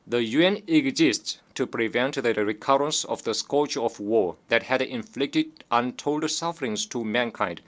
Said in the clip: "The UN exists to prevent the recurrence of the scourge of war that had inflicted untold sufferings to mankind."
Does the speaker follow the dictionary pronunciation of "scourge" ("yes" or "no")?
no